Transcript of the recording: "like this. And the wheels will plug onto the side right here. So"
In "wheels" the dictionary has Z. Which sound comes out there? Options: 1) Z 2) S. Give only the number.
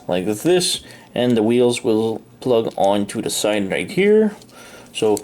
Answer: 1